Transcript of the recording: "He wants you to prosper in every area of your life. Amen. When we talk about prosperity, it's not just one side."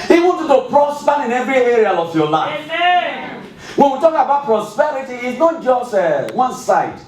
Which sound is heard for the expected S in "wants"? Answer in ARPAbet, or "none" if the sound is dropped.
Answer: none